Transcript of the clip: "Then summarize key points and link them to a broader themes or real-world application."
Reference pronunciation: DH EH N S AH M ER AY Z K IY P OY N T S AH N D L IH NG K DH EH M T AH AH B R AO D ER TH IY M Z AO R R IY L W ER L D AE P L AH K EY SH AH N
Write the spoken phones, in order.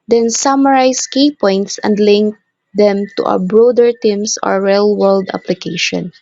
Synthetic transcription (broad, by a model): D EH N S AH M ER AY S K IY P OY N T S AH N D L IH NG K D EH M T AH AH B R AO D ER T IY M S AO R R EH L W ER L D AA P L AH K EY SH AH N